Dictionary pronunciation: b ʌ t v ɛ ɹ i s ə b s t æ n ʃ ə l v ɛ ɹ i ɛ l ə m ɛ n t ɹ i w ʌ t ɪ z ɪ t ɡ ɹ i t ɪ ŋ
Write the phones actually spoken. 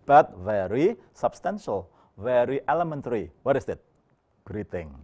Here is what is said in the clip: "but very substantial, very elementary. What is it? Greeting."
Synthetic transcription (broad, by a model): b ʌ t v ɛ ɹ i s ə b s t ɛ n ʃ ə l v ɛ ɹ i ɛ l ə m ɛ n t ɹ i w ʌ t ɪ s ɪ t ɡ ɹ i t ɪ ŋ